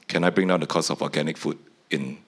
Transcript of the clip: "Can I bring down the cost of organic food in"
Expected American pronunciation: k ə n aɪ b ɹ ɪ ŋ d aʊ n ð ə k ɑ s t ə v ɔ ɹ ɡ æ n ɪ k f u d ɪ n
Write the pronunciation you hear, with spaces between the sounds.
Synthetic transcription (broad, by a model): k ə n aɪ b ɹ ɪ ŋ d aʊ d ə k ɑ s ə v ɔ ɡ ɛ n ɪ k f u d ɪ n